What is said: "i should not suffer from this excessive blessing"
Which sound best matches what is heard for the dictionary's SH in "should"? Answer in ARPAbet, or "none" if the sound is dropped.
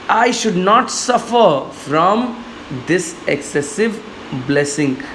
SH